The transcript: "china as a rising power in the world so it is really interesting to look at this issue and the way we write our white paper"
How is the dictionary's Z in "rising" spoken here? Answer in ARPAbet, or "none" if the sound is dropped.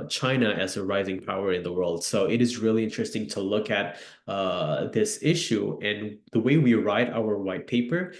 Z